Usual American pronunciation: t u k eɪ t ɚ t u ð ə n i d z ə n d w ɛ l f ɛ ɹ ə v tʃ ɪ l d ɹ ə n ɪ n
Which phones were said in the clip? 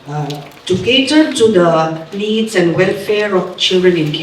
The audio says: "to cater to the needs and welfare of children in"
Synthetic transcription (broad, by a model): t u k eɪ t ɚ t u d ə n i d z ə n w ɛ l f ɛ ɹ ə f tʃ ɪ l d ɹ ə n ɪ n